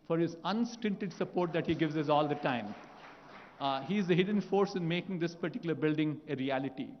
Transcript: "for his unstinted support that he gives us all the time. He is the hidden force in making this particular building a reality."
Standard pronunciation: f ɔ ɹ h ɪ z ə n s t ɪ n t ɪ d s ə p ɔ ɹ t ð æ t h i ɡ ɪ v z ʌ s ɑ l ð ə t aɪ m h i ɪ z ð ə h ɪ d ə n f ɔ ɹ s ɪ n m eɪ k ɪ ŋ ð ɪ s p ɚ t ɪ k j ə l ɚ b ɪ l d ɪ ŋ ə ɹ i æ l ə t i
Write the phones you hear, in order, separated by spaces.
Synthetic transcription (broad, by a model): f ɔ ɹ h ɪ z ə n s t ɪ n t ɪ d s ə p ɔ ɹ t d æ t h i ɡ ɪ v z ʌ s ɑ l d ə t aɪ m h i ɪ z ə h ɪ d ə n f ɔ ɹ s ɪ n m eɪ k ɪ ŋ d ɪ s p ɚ t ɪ k j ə l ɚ b ɪ l d ɪ ŋ ə ɹ i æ l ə t i